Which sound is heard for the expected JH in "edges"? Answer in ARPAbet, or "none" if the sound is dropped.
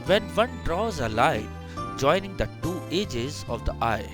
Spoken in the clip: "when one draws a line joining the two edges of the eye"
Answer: JH